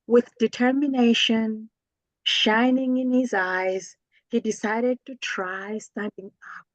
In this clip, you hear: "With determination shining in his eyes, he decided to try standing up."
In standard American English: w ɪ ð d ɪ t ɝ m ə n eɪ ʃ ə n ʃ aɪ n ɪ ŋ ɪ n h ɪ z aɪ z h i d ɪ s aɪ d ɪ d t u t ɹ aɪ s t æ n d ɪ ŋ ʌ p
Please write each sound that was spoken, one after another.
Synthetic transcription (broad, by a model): w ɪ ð d ɪ t ɝ m ə n eɪ ʃ ə n ʃ aɪ n ɪ ŋ ɪ n h ɪ z aɪ z h i d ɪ s aɪ d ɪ d t u t ɹ aɪ s t æ n d ɪ ŋ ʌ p